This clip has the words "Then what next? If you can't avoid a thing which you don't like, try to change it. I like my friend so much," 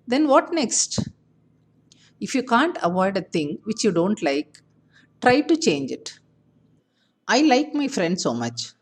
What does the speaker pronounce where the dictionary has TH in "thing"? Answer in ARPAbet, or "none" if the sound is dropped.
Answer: T